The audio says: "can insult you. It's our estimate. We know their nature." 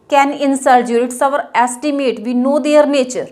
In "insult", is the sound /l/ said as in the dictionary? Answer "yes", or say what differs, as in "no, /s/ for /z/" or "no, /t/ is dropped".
no, /l/ is dropped